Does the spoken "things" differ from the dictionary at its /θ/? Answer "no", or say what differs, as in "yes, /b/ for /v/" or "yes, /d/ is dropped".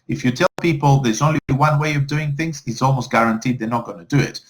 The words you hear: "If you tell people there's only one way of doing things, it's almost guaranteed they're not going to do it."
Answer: no